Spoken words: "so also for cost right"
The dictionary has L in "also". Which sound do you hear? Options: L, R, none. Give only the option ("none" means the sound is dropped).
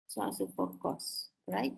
none